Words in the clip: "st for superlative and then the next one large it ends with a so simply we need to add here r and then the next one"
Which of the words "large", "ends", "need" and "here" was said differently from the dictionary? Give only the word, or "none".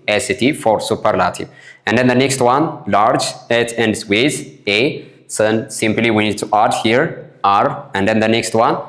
ends